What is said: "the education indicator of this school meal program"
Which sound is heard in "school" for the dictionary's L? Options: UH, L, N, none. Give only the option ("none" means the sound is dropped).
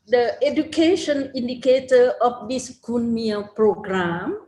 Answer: N